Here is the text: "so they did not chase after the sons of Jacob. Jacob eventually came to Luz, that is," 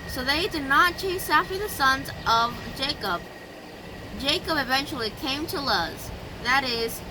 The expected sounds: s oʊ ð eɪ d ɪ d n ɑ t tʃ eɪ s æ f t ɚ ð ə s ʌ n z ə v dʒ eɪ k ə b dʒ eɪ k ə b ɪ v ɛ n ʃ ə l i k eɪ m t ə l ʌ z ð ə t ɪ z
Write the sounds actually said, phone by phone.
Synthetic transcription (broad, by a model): s oʊ ð eɪ d ɪ d n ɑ t tʃ eɪ s æ f t ɚ ð ə s ʌ n z ə v dʒ eɪ k ə b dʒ eɪ k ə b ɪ v ɛ n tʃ l i k eɪ m t ə l ʌ z ð ə t ɪ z